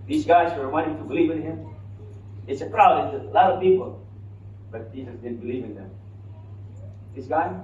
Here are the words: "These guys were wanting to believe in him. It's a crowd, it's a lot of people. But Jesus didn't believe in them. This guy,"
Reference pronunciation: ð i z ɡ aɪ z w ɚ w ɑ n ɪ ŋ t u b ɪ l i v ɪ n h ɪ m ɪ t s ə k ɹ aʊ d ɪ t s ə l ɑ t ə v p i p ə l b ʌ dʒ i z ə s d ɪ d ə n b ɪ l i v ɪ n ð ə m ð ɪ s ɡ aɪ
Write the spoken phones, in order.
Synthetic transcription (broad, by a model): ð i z ɡ aɪ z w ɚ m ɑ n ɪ t u b ɪ l i v ɪ n h ɪ m ɪ t s ə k ɹ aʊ ɪ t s ə l ɑ t ə v p i p ə l b ʌ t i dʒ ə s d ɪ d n b ɪ l i v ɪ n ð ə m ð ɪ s ɡ aɪ